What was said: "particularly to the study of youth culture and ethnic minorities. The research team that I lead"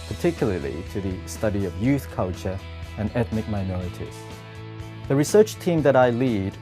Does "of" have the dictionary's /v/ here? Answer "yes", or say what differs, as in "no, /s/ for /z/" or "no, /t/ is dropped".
yes